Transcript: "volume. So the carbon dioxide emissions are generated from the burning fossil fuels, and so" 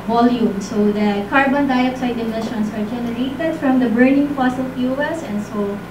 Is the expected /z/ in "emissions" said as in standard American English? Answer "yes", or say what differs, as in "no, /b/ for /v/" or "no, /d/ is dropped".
no, /s/ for /z/